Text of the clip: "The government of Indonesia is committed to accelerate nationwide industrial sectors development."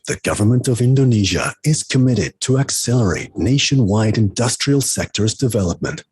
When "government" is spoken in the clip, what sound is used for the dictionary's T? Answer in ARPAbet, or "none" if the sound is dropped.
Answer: T